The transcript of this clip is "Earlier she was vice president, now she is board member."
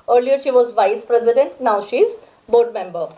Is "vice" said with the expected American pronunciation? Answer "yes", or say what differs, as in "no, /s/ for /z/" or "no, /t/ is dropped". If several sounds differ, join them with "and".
yes